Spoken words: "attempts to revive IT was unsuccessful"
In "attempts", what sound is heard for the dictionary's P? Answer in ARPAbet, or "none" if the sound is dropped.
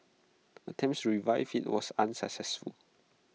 none